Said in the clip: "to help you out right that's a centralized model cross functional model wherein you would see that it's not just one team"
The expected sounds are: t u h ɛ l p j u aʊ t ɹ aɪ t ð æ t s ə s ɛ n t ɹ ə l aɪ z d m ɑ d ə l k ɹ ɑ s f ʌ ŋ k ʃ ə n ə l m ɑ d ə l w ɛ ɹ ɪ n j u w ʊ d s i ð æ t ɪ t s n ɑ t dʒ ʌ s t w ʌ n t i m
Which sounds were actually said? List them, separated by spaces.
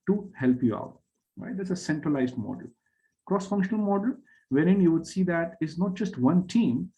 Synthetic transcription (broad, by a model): t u h ɛ l p j u aʊ t ɹ aɪ t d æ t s ə s ɛ n t ɹ ə l aɪ z d m ɑ d ə l k ɹ ɑ s f ʌ ŋ k ʃ ə n ə l m ɑ d ə l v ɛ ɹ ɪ n j u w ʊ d s i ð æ t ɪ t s n ɑ t dʒ ʌ s t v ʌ n t i m